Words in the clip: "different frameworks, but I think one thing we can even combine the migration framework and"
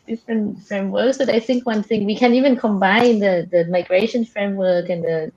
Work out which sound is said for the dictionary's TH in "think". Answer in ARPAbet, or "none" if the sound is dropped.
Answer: TH